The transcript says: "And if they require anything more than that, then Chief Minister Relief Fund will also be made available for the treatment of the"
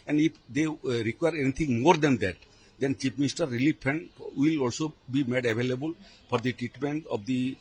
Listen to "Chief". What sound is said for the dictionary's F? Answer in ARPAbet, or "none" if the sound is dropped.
P